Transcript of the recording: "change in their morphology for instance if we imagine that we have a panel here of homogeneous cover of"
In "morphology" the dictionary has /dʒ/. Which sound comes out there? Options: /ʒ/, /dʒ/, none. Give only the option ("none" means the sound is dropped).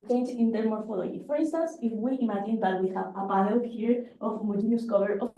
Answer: none